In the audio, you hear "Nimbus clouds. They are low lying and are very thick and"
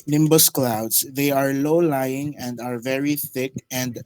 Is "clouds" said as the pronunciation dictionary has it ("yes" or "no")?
no